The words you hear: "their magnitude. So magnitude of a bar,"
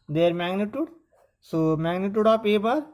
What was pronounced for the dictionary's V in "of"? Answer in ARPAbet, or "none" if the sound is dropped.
P